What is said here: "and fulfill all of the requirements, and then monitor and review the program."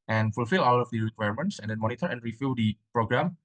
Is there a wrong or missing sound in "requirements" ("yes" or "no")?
no